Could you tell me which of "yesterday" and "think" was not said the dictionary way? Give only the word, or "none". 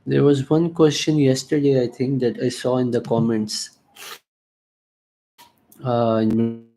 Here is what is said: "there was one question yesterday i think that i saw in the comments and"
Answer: think